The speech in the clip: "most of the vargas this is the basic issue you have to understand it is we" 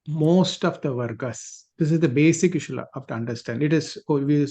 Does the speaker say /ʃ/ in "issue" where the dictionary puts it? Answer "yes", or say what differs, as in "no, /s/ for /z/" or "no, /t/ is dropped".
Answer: yes